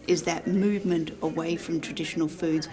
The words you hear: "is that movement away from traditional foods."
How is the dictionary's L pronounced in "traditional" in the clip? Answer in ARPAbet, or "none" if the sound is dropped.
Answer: L